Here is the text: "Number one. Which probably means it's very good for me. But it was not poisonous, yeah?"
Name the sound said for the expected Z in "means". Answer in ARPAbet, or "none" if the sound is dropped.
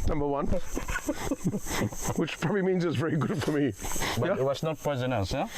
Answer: Z